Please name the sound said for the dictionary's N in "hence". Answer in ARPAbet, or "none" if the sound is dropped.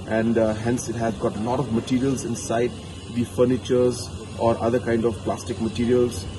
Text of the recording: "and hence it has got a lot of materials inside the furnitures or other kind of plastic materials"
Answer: N